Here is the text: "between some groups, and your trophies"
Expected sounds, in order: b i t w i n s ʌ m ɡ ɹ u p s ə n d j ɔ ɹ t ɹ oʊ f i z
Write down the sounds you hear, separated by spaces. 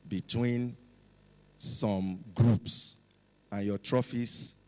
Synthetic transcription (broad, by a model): b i t w i n s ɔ m ɡ ɹ u p s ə n j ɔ t ɹ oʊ f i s